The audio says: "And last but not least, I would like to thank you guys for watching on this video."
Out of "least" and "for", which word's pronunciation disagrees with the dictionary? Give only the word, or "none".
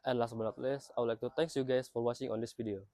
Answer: least